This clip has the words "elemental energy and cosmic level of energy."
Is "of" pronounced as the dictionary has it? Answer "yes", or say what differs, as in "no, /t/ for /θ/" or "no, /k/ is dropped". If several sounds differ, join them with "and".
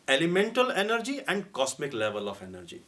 no, /p/ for /v/